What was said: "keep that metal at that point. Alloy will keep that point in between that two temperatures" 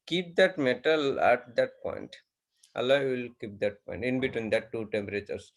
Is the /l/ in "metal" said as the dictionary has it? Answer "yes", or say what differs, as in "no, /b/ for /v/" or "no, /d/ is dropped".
yes